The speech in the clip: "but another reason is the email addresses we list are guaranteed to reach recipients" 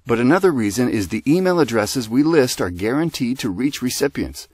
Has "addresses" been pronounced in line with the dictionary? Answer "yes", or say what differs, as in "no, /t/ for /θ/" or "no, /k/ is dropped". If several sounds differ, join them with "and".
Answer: yes